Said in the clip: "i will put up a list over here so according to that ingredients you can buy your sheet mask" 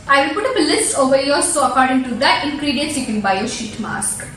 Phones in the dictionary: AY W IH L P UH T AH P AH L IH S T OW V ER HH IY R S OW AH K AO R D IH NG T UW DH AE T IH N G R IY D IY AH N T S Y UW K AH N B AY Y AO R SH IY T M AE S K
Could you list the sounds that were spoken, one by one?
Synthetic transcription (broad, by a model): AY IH P UH T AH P AH L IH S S OW V ER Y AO L S OW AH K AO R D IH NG T UW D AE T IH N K R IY D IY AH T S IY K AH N B AY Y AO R SH IY T M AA S K